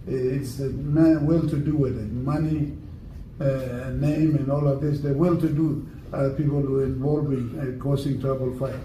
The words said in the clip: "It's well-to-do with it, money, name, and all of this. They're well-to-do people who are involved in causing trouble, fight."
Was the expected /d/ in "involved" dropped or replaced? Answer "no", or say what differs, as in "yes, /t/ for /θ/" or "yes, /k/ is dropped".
yes, /d/ is dropped